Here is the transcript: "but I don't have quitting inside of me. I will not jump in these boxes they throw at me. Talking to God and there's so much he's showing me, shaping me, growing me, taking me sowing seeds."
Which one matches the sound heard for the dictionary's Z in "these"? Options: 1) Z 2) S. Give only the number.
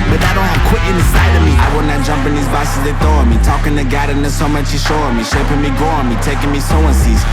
1